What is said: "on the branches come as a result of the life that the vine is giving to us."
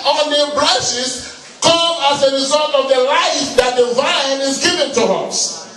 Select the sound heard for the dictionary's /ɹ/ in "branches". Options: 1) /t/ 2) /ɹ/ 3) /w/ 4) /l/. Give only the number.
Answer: 4